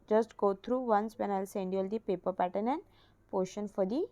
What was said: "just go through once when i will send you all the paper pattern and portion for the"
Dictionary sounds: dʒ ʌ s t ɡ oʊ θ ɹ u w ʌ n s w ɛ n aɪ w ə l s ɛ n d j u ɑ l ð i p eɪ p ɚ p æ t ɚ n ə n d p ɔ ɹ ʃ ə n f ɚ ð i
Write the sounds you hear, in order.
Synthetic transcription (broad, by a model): dʒ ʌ s t ɡ oʊ t ɹ u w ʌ n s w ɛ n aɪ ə l s ɛ n d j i ɑ l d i p eɪ p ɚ p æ t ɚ n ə n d p ɔ ʃ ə n f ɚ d i